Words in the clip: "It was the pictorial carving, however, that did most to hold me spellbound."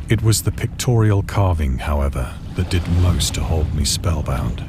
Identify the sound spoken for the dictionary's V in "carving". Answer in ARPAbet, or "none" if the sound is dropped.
V